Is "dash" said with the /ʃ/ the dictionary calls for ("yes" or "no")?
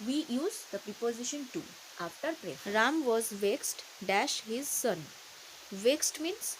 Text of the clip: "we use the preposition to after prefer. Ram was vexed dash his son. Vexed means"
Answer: yes